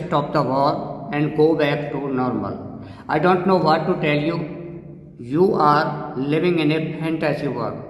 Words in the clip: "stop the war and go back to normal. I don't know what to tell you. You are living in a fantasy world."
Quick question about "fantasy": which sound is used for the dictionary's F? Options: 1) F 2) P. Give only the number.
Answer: 2